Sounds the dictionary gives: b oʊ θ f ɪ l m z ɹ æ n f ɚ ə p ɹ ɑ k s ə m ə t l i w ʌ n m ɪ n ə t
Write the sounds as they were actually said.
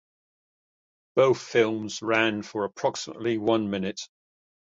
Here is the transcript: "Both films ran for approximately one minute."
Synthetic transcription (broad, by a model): b oʊ θ f ɪ l m z ɹ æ n f ɚ ə p ɹ ɑ k s ə m ə t l i w ʌ n m ɪ n ə t